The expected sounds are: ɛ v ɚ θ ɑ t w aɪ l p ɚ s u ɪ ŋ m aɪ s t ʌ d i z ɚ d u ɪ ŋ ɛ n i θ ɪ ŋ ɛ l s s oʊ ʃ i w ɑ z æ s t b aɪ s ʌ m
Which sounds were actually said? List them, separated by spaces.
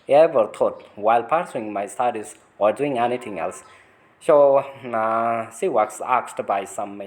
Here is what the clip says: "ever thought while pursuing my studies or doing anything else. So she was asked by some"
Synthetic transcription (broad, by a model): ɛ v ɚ t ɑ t w aɪ l p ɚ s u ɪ ŋ m aɪ s t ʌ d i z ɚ d u ɪ ŋ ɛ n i t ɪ ŋ ɛ l s s oʊ s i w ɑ s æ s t b aɪ s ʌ m